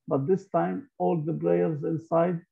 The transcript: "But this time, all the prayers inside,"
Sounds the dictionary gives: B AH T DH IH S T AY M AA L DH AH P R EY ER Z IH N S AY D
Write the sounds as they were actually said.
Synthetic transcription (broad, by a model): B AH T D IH S T AY M AA L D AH B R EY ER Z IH N S AY D